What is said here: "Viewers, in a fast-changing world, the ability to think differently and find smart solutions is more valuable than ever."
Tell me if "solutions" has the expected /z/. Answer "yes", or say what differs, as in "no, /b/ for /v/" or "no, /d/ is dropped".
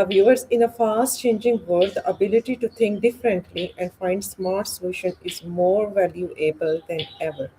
no, /z/ is dropped